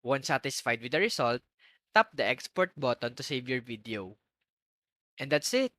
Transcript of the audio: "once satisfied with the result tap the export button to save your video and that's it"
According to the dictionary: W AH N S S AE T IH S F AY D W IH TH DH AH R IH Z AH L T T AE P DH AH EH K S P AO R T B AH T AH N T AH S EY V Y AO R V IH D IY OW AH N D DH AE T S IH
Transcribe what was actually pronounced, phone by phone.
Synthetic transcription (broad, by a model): W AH N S S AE T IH S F AY D W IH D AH R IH S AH L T T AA P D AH EH K S P AO R T B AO T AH N T AH S EY V Y AO R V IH D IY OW AH N D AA T S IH